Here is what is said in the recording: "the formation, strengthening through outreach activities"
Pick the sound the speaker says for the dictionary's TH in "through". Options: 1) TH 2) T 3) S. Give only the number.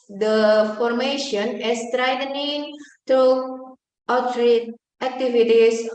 2